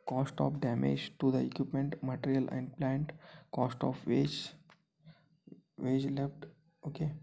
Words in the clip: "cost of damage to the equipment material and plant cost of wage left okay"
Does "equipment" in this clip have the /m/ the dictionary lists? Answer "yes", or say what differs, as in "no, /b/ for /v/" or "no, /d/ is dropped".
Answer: yes